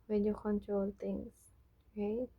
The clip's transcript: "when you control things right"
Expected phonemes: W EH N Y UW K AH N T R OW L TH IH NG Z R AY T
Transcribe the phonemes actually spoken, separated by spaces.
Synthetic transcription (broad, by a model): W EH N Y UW K AH N T R OW L T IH NG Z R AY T